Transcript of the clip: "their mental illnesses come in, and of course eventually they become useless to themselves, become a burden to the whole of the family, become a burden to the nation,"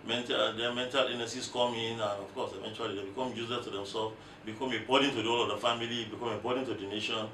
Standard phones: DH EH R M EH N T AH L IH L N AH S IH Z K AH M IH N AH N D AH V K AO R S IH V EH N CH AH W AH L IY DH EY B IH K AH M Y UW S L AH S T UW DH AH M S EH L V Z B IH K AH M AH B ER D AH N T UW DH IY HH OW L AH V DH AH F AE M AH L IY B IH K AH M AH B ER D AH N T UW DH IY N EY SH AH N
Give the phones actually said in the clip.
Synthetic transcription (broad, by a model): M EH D M EH N T AH L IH N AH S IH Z K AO M IH N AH N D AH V K AO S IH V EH N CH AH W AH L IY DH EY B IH K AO M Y UW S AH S T UW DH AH M S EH L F B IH K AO M AH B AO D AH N T UW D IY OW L AH V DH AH F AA M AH L IY B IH K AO M AH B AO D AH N T UW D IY N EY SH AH N